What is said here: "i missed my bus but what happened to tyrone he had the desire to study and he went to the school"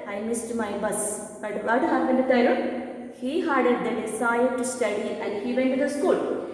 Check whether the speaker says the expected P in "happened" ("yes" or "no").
no